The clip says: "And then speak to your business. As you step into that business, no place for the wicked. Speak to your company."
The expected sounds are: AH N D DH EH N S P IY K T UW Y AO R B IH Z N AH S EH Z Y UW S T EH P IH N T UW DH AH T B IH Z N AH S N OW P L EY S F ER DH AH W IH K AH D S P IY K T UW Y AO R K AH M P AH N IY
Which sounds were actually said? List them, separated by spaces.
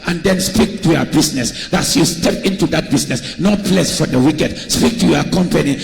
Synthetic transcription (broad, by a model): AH N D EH N S P IY K T UW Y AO B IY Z N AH S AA S Y UW S T EH P IH N T UW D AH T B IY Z N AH S N OW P L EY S F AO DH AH W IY K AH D S P IY K T UW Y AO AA K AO M P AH N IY